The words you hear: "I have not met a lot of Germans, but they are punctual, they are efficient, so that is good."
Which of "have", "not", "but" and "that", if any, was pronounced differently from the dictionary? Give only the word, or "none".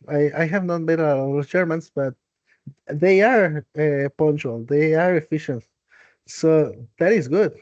none